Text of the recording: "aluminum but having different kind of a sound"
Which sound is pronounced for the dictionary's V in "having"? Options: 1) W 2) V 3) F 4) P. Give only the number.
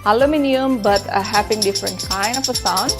4